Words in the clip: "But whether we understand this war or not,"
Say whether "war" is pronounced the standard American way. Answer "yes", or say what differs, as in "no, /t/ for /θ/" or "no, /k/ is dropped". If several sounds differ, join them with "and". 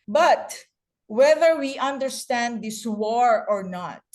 yes